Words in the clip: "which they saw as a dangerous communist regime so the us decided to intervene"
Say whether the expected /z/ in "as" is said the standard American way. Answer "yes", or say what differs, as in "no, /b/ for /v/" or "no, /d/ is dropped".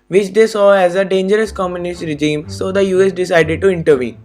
yes